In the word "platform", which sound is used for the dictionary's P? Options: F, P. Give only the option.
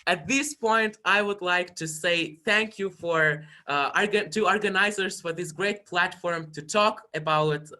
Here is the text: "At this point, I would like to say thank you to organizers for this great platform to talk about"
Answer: P